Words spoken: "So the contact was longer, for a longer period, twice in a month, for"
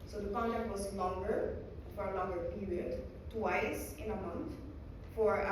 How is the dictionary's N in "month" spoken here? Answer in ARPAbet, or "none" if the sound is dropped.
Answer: N